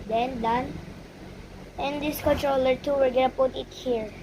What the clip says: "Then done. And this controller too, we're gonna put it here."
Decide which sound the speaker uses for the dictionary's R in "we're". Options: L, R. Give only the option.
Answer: L